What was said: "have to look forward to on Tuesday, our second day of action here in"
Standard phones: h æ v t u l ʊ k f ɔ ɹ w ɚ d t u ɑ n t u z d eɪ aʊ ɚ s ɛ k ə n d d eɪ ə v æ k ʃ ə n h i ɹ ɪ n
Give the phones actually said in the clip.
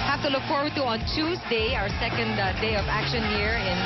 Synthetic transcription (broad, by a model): h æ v t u l ʊ k f ɔ ɹ w ɚ d t u ɑ n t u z d eɪ aʊ ɚ s ɛ k ə n d d eɪ ə v æ k ʃ ə n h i ɹ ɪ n